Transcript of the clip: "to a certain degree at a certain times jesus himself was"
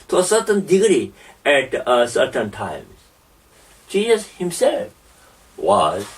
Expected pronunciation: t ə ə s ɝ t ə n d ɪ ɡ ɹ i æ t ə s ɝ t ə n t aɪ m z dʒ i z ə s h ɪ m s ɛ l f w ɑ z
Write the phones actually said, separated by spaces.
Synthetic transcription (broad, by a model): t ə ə s ɝ t ə n d ɪ ɡ ɹ i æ t s ɝ t ə n t aɪ m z tʃ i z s h ɪ m s ɛ l f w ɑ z